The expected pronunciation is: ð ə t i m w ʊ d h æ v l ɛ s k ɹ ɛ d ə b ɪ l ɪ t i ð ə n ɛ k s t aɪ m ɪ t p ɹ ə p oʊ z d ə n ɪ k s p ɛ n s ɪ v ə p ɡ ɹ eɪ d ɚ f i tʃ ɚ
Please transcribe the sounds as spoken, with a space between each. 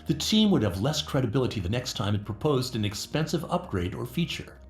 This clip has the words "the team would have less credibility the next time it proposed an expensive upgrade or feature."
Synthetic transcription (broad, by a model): ð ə t i m w ʊ d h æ v l ɛ s k ɹ ɛ d ə b ɪ l ɪ t i ð ə n ɛ k s t aɪ m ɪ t p ɹ ə p oʊ z d ə n ɪ k s p ɛ n s ɪ v ə p ɡ ɹ eɪ d ɚ f i tʃ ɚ